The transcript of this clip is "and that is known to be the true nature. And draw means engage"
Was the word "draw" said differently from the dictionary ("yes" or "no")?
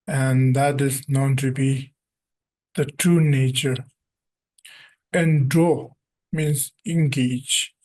yes